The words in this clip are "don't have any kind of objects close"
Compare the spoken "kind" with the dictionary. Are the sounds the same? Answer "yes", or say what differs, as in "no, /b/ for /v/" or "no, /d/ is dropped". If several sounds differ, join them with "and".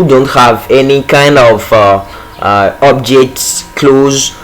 yes